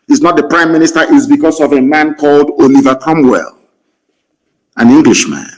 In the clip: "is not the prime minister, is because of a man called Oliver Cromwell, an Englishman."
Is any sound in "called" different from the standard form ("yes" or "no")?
no